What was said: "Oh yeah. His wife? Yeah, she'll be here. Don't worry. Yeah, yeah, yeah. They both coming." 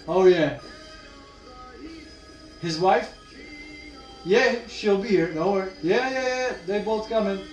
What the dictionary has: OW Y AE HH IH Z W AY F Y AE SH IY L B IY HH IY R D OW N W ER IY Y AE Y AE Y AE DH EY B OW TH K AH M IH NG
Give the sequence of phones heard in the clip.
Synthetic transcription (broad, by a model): OW Y AE HH IH Z W AY F Y AE SH IY L B IY HH IY R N OW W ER Y AE Y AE Y AE DH EY B OW TH K AH M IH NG